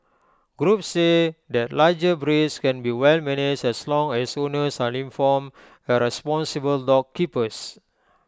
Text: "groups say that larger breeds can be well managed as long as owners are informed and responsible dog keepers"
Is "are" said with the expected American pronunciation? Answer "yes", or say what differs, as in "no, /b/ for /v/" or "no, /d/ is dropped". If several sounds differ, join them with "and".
no, /l/ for /ɹ/